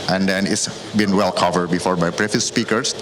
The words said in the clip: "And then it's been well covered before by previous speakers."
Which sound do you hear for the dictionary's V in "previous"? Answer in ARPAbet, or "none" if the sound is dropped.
F